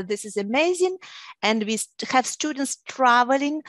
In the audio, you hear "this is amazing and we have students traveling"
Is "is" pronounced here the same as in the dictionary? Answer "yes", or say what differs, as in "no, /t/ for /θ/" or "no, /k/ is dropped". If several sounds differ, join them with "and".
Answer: yes